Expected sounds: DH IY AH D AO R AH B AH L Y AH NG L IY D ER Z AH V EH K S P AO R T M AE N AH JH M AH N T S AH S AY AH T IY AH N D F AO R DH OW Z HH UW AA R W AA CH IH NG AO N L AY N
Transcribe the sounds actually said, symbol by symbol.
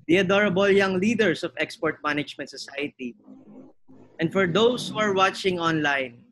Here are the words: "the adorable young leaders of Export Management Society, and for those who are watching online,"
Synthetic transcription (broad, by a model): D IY AH D AO R AH B AH L Y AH NG L IY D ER S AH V EH K S P AO R T M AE N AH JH M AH N T S AH S AY AH T IY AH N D F AO R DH OW S HH UW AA R W AA CH IH NG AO N L AY N